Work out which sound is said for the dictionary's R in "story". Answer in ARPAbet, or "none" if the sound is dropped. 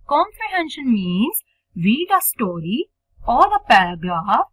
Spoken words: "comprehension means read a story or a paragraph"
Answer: R